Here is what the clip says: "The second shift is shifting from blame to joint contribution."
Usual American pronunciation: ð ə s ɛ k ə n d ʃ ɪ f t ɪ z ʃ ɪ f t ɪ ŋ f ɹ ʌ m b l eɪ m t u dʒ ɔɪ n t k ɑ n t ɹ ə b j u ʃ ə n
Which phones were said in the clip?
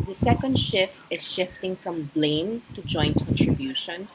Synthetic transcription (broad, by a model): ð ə s ɛ k ə n d ʃ ɪ f t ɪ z ʃ ɪ f t ɪ ŋ f ɹ ʌ m b l eɪ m t u dʒ ɔɪ n t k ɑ n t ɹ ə b j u ʃ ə n